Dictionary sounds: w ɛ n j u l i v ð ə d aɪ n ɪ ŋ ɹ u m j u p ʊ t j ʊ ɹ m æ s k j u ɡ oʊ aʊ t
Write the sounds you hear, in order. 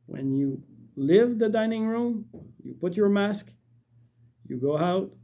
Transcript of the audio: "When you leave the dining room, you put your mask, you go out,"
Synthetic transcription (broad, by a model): w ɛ n j u l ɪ v ð ə d aɪ n ɪ ŋ ɹ u m j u p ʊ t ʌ ɹ m æ s k j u ɡ oʊ aʊ t